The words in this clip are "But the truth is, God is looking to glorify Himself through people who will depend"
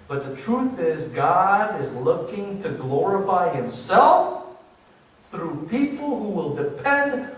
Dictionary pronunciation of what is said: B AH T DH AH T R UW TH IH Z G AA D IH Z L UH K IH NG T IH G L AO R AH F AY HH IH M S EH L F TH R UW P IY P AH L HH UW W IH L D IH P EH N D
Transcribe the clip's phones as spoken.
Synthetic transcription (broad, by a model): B AH T DH AH T R UW TH IH Z G AA D IH Z L UH K IH NG T IH G L AO R AH F AY HH IH M S EH L F TH R UW P IY P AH L HH UW W IH L D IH P EH N D